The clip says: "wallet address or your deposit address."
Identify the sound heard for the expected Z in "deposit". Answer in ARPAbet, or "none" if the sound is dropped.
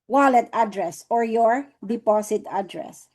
S